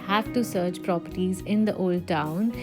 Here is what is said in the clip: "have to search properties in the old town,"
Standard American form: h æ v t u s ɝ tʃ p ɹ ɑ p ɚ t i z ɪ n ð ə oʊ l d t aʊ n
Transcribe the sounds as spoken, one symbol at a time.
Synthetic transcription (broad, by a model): h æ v t u s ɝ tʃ p ɹ ɑ p ɚ t i z ɪ n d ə oʊ l d t aʊ n